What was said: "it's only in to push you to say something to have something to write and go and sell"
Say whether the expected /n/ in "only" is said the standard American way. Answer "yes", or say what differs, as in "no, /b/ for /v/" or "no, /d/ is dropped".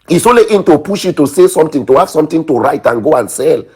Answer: no, /n/ is dropped